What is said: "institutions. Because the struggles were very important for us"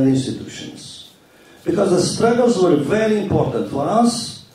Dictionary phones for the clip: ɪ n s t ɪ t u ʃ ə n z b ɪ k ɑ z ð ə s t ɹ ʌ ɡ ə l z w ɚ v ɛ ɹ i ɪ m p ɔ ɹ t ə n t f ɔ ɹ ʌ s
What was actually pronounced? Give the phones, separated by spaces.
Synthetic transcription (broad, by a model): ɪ n s t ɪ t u ʃ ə n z b ɪ k ɑ z ð ə s t ɹ ʌ ɡ ə l z w ɚ v ɛ ɹ i ɪ m p ɔ ɹ t ə n t f ɔ ɹ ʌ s